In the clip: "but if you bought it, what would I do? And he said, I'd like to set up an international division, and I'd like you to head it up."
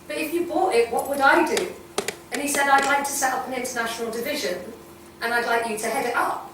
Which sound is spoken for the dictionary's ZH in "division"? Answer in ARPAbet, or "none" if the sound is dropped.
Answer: ZH